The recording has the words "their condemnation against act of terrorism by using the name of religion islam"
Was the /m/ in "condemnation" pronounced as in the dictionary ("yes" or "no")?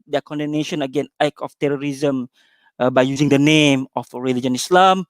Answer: no